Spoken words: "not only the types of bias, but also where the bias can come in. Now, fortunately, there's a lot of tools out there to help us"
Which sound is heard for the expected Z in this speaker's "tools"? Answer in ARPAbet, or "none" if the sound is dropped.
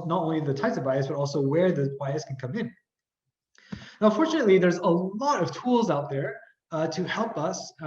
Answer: Z